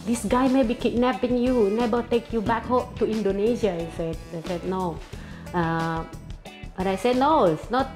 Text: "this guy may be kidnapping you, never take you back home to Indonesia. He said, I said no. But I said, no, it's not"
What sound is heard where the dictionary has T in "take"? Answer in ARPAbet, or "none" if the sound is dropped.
T